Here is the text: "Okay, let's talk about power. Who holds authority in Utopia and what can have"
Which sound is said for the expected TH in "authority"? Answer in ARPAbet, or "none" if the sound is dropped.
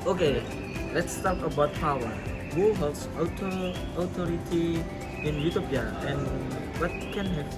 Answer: T